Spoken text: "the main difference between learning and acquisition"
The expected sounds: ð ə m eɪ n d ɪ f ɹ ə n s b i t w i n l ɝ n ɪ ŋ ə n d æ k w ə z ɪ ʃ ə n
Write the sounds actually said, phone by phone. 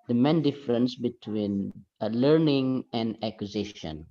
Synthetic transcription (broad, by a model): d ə m eɪ n d ɪ f ɹ ə n s b i t w i n l ɝ n ɪ ŋ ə n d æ k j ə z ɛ ʃ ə n